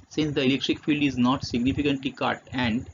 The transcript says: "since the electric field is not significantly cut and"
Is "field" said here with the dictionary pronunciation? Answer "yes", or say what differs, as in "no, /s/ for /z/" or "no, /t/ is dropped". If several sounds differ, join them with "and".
yes